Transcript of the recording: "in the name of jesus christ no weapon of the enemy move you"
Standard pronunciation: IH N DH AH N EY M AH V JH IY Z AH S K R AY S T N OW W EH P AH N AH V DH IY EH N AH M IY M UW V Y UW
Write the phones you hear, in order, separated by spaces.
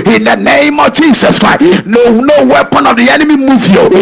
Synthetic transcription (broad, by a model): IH N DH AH N EY M AH V JH IY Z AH S K R AY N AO N OW W EH P AH N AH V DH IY EH N AH M IY M UW V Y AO